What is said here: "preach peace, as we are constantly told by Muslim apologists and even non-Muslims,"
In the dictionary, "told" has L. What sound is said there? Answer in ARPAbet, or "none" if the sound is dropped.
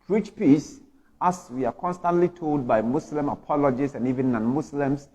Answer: L